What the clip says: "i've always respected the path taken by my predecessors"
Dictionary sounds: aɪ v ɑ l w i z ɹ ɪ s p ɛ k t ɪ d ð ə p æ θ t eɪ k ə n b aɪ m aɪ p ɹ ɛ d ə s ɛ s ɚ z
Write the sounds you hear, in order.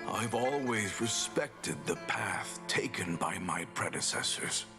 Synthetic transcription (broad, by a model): aɪ v ɑ l w i z ɹ ɪ s p ɛ k t ɪ d ð ə p æ θ t eɪ k ə n b aɪ m aɪ p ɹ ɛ d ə s ɛ s ɚ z